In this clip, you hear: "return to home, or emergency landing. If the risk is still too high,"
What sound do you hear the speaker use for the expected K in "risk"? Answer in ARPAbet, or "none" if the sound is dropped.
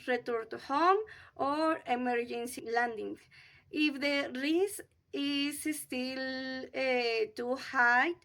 none